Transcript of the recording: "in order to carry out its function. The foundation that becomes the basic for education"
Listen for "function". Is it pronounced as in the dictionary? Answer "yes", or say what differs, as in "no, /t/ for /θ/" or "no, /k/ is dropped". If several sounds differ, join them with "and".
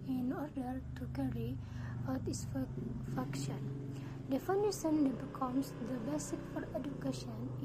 no, /ŋ/ is dropped